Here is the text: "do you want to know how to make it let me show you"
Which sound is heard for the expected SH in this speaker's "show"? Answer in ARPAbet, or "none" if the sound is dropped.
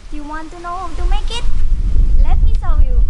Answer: S